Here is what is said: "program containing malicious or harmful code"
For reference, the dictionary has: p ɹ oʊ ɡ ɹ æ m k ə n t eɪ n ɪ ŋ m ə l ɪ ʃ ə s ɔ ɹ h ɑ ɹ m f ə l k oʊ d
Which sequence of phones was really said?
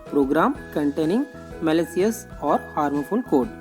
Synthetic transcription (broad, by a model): p ɹ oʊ ɡ ɹ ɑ m k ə n t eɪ n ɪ ŋ m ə l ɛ s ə s ɔ ɹ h ɑ ɹ m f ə n k oʊ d